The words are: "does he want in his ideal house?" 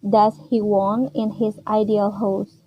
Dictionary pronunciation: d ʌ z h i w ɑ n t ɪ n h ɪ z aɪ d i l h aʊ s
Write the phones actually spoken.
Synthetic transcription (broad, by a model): d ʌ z h i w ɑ n ɪ n h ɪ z aɪ d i l h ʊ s